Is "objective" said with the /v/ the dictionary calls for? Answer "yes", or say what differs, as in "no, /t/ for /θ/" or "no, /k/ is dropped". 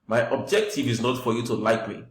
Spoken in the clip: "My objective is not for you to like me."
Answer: yes